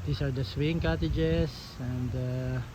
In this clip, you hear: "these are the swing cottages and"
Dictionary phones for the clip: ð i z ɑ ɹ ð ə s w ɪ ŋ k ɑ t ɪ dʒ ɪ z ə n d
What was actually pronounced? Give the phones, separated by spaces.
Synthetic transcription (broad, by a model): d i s ɑ ɹ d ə s w ɪ ŋ k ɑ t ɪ dʒ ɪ s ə n d